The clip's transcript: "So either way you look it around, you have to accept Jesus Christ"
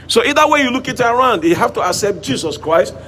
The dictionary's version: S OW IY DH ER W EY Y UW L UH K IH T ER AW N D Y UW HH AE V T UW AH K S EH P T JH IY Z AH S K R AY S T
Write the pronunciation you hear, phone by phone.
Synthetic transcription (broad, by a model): S OW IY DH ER W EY Y UW L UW K IH T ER AW N D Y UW HH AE F T UW AH K S EH P T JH IY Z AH S K R AY S T